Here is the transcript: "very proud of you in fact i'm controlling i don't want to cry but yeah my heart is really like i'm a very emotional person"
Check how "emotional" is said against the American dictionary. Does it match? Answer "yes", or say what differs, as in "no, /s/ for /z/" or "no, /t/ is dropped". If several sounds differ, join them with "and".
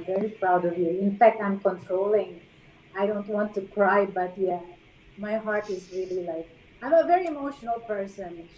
yes